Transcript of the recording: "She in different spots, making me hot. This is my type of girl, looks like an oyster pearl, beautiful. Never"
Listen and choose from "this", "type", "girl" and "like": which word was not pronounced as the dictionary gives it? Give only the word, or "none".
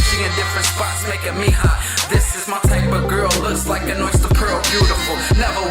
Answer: type